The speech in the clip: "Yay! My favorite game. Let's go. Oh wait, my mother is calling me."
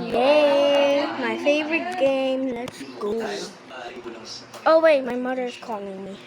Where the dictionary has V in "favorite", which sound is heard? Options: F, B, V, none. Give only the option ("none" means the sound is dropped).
V